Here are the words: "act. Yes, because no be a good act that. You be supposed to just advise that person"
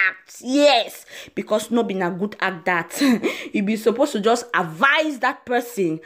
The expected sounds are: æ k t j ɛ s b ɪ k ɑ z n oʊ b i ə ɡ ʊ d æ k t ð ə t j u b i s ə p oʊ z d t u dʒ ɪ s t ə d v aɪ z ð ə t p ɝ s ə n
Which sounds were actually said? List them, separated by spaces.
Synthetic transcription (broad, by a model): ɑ k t j ɛ s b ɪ k ɑ s n oʊ b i ə ɡ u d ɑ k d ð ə t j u b i s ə p oʊ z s t u dʒ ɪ s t ə d v aɪ z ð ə t p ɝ s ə n